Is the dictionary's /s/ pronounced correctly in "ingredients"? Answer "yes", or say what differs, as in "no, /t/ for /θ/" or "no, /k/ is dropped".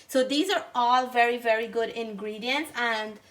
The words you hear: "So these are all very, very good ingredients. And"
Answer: yes